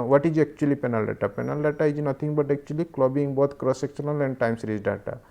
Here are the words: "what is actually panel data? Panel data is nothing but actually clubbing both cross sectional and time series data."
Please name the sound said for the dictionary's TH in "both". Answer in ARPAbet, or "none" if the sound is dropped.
T